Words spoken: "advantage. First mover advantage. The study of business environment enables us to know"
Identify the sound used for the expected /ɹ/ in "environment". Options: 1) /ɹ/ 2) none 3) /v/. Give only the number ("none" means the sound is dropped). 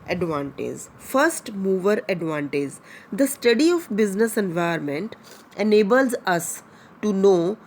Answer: 2